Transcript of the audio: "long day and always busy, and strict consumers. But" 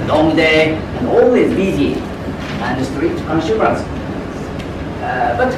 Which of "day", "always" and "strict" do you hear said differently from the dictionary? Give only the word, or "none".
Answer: strict